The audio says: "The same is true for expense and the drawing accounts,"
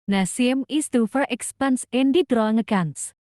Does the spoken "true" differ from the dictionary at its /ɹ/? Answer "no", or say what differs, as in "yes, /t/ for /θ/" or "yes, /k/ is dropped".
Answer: yes, /ɹ/ is dropped